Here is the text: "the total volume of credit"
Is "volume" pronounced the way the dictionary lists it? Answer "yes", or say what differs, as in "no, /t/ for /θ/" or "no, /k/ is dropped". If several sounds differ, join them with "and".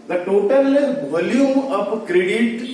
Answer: no, /m/ is dropped